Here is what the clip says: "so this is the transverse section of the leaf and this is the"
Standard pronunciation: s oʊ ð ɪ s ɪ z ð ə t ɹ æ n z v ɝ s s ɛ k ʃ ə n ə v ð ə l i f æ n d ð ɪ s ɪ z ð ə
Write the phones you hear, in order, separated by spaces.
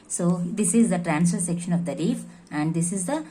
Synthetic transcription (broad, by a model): s oʊ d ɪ s ɪ z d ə t ɹ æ n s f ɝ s s ɛ k ʃ ə n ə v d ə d i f æ n d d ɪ s ɪ z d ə